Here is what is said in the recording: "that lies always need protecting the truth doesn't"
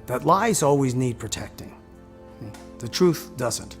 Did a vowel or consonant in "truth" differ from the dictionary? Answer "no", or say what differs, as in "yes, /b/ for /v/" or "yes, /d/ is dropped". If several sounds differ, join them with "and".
no